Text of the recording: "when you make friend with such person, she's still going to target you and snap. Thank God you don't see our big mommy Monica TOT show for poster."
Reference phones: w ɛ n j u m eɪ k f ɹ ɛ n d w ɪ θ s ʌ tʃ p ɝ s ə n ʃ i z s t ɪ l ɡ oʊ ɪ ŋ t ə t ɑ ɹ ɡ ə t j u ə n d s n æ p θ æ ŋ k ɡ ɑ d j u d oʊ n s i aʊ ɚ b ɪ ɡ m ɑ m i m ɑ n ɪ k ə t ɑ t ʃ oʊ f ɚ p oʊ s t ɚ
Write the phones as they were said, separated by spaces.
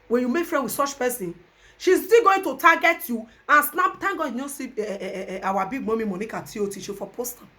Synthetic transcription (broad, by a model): w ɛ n j u m eɪ k f ɹ ɛ n d w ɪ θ s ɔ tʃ p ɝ s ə n ʃ i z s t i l ɡ oʊ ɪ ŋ t ə t ɑ ɡ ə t j u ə n s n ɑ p t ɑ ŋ ɡ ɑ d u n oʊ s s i aʊ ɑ b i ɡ m ɑ m i m ɑ n ɪ k ə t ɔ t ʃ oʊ f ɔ p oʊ s t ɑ